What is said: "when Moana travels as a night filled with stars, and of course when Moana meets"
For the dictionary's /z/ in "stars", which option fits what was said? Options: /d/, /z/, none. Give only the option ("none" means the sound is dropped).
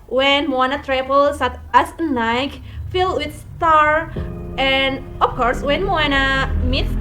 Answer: none